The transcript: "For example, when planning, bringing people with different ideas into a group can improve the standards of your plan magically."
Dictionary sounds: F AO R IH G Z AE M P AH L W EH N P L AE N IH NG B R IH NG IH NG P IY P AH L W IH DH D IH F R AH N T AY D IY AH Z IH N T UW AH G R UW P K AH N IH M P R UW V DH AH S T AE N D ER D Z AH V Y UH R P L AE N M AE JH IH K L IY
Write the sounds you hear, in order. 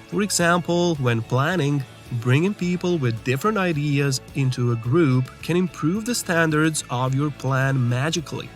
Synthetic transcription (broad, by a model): F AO R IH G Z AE M P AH L W EH N P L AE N IH NG B R IH NG IH NG P IY P AH L W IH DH D IH F R AH N T AY D IY AH Z IH N T UW AH G R UW P K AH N IH M P R UW V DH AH S T AE N D ER D Z AH V Y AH R P L AE N M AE JH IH K L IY